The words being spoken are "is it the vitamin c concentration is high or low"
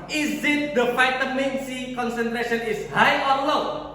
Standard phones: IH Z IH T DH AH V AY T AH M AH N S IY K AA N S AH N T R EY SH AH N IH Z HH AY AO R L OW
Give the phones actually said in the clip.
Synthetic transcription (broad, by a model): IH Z IH T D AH F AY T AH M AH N S IY K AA N S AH N T R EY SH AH N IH S HH AY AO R L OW